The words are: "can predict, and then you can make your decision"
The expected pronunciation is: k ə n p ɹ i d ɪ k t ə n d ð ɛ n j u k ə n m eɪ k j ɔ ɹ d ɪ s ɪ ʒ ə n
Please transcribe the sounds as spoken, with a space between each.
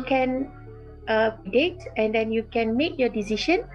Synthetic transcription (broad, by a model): k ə n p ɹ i d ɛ t ə n d ɛ n j u k ə n m eɪ k j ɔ d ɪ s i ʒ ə n